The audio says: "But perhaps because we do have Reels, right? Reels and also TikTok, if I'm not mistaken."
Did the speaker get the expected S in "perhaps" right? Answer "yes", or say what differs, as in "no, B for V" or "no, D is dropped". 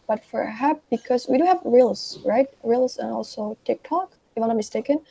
no, S is dropped